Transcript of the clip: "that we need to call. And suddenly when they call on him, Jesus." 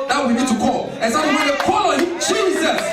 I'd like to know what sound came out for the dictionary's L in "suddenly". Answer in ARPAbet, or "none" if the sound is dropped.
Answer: none